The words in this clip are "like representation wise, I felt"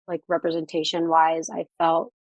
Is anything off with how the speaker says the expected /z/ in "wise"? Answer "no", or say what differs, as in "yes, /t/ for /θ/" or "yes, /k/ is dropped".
no